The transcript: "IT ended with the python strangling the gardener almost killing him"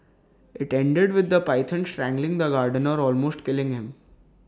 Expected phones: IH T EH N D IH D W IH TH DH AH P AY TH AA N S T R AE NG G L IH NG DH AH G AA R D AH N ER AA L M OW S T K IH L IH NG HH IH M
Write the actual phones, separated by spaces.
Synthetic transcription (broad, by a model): IH T EH N D IH D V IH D AH P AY T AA N S T R AE NG G L IH NG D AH G AA R D AH N ER AA L M OW S T K IH L IH NG HH IH M